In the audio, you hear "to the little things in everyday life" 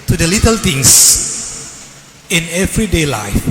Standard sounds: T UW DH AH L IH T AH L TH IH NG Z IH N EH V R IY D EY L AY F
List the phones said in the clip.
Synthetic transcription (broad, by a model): T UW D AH L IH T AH L T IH NG S IH N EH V R IY D EY L AY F